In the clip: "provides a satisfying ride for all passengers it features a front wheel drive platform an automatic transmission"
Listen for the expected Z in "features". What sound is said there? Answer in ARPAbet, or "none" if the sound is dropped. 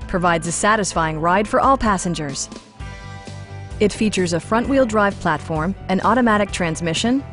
Z